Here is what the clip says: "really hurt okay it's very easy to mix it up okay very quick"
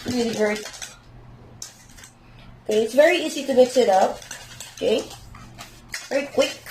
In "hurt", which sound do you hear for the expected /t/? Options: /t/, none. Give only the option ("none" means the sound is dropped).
none